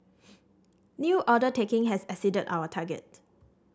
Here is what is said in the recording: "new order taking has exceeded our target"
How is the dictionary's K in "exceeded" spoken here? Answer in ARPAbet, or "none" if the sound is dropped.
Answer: none